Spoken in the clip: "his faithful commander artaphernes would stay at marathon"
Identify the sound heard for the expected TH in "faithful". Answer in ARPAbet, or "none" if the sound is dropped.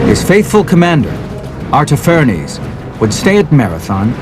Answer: TH